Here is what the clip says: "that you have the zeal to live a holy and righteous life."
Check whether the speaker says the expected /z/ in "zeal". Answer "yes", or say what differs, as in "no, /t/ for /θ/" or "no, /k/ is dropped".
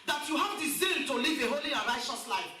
no, /s/ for /z/